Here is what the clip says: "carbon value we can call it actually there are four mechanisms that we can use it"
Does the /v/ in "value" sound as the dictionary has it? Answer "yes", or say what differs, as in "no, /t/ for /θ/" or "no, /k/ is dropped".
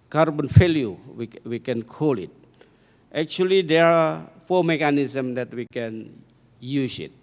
no, /f/ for /v/